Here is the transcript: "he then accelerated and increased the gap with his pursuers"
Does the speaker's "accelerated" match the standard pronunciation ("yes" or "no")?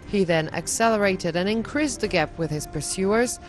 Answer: yes